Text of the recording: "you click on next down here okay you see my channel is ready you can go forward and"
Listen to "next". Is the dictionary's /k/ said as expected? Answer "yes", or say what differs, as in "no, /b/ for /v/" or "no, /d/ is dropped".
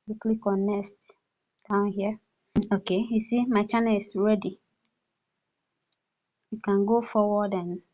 no, /k/ is dropped